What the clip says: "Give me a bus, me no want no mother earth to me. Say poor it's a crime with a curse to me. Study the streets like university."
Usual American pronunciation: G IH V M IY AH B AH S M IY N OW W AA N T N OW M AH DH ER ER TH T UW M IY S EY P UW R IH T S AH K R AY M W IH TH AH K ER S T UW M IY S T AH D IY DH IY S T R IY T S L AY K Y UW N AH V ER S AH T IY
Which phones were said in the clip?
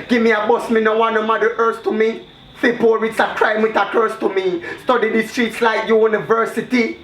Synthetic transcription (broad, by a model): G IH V M IY AH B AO S M IY N OW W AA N N OW M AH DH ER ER S T UW M IY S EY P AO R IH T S AH K R AY M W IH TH AH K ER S T UW M IY S T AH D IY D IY S T R IY T S L AY K Y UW N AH V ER S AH T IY